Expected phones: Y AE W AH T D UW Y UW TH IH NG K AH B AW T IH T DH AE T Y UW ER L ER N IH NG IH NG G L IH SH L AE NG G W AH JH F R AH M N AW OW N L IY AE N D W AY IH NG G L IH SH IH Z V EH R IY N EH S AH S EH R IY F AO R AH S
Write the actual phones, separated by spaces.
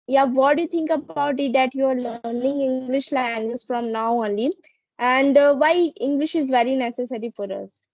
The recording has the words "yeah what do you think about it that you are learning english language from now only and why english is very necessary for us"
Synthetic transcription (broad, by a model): Y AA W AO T D UW Y UW T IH NG K AH B AW T IH T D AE T Y UW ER L ER N IH NG IH NG G L IH SH L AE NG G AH Z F R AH M N AW OW N L IY AE N D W AY IH NG G L IH SH IH Z V EH R IY N EH S AH S EH R IY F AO R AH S